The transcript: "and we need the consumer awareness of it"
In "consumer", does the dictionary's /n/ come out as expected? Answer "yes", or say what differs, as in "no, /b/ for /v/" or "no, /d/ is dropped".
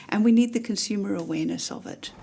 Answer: yes